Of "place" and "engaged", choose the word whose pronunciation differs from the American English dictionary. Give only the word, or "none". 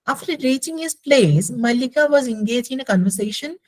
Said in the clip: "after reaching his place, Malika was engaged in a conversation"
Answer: engaged